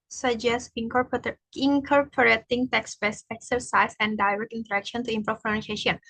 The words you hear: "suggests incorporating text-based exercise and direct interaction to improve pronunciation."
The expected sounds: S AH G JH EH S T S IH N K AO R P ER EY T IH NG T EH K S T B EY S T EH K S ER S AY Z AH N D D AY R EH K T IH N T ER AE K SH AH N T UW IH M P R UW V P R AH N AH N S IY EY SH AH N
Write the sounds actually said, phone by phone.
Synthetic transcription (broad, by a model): S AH JH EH S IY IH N K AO R P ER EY T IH NG T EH K S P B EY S EH K S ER S AY S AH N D D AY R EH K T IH N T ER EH K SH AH N T UW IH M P R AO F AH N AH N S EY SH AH N